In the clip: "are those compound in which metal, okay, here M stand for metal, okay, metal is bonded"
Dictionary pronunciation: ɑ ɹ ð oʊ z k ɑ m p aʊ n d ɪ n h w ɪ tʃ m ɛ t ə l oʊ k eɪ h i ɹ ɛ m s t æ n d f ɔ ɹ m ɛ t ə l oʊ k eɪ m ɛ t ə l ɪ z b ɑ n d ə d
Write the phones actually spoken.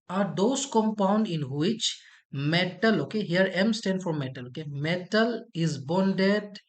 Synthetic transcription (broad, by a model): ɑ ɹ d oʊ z k ɑ m p aʊ n d ɪ n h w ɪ tʃ m ɛ t ə l oʊ k eɪ h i ɹ ɛ m s t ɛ n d f ɔ ɹ m ɛ t ə l oʊ k eɪ m ɛ t ə l ɪ z b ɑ n d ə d